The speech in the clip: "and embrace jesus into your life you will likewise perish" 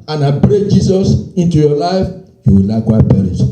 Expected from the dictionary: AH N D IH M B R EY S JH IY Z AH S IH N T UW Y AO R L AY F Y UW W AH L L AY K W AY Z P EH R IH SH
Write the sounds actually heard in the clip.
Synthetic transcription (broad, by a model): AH N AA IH B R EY JH IY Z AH S IH N T UW Y AO L AY F Y UW W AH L L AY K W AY P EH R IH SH